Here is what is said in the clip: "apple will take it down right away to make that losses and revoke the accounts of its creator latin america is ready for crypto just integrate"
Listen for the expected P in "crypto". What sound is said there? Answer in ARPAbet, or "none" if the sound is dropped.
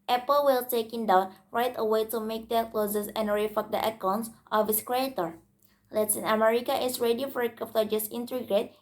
F